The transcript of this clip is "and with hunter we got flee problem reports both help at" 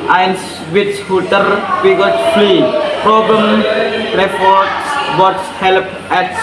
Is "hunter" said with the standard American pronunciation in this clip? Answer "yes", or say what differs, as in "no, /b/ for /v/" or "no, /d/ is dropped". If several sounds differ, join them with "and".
no, /n/ is dropped